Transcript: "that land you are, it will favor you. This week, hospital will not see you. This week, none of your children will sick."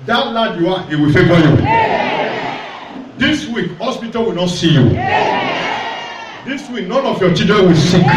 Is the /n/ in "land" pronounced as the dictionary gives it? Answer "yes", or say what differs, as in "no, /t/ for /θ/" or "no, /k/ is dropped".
no, /n/ is dropped